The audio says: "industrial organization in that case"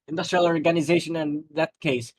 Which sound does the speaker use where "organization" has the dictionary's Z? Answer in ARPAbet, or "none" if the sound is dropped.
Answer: Z